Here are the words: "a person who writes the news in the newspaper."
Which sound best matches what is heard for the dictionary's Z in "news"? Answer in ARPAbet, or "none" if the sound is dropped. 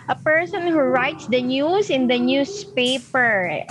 S